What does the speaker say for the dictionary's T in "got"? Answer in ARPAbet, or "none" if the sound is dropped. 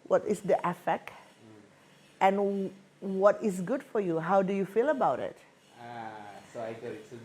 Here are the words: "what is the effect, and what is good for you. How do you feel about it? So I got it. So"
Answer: none